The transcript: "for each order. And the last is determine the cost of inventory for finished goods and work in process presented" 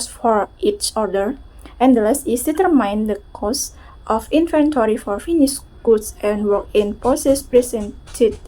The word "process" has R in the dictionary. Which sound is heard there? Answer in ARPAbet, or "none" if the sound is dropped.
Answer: none